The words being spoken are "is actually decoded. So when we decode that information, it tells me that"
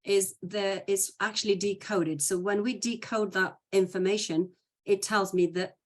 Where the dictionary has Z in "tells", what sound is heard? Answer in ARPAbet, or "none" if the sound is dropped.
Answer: Z